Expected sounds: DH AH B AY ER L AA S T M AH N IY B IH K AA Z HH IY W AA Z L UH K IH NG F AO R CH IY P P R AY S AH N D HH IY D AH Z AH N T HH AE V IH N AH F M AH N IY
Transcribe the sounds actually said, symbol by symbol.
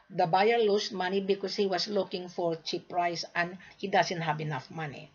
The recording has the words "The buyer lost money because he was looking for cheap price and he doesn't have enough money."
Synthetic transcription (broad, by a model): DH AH B AY ER L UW S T M AH N IY B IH K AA S HH IY W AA S L UH K IH NG F AO R CH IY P P R AY S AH N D HH IY D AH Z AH N T HH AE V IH N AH F M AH N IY